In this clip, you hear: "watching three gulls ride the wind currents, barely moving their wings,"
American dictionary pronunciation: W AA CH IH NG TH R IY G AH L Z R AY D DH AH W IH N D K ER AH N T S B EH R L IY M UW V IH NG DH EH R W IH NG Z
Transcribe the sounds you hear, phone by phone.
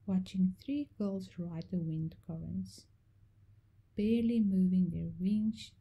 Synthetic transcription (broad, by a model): W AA CH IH NG TH R IY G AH L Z R AY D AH W IH N D K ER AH N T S B EH R L IY M UW V IH NG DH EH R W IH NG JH